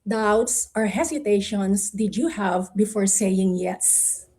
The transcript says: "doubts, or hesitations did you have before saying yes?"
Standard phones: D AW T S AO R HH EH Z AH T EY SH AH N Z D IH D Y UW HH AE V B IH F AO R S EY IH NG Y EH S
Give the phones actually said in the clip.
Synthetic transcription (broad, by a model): D AW T S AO R HH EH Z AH T EY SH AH N S D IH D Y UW HH AE V B IH F AO R S EY IH NG Y EH S